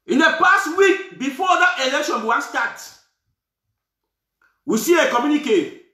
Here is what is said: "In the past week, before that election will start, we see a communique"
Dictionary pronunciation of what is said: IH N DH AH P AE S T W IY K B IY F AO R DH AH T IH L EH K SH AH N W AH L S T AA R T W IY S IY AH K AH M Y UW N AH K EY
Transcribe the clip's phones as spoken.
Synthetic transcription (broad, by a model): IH N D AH P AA S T W IY K B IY F AO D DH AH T IH L EH K SH AH N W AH W S T AA T W IY S IY AH K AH M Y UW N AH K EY